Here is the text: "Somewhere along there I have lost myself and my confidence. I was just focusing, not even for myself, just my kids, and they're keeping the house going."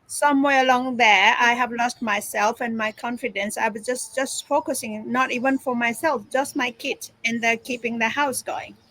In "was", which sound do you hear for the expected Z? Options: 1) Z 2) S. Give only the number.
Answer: 2